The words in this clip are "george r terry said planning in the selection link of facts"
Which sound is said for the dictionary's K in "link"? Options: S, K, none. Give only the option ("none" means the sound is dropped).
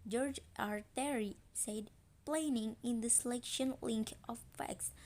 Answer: K